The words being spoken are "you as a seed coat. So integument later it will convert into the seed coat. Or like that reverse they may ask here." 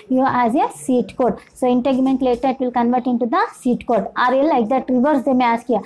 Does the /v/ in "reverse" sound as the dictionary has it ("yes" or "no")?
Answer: yes